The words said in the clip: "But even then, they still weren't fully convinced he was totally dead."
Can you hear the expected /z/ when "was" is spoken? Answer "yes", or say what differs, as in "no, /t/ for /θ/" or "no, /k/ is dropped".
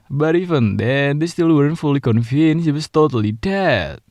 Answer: no, /s/ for /z/